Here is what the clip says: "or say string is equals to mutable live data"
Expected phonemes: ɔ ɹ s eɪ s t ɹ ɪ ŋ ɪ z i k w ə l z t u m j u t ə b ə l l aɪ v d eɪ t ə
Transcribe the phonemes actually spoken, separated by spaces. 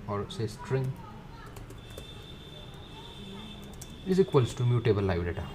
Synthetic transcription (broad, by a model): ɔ ɹ s eɪ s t ɹ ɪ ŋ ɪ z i k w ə l s t u m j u t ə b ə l l aɪ b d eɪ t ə